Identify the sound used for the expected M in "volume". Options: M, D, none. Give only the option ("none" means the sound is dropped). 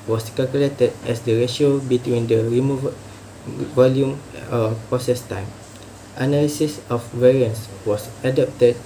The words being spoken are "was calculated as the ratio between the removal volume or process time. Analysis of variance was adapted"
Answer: M